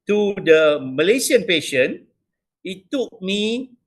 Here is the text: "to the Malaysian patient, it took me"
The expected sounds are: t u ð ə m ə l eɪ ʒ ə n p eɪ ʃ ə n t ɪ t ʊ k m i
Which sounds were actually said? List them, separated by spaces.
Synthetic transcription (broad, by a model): t u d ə m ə l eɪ s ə n p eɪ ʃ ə n ɪ t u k m i